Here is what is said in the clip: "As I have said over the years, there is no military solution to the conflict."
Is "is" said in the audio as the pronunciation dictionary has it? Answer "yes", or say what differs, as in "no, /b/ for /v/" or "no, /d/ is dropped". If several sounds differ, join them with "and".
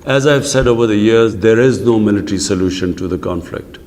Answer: yes